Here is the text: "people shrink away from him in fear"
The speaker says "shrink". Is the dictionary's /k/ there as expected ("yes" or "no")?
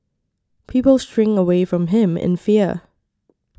no